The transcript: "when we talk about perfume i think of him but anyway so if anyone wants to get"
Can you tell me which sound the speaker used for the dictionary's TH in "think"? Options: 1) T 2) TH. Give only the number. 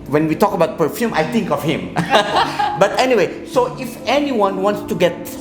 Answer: 1